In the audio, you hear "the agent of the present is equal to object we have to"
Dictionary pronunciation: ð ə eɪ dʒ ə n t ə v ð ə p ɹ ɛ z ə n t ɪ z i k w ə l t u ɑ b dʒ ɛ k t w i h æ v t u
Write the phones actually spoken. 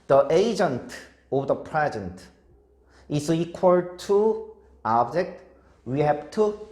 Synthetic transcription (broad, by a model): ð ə eɪ dʒ ə n t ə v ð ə p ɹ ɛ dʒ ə n t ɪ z i k w ə l t u ɑ b dʒ ɛ k t w i h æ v t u